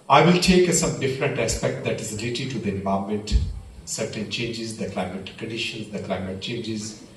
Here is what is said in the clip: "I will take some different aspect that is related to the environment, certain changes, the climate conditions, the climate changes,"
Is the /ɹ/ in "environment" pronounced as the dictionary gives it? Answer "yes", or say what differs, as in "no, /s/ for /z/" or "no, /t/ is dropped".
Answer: no, /ɹ/ is dropped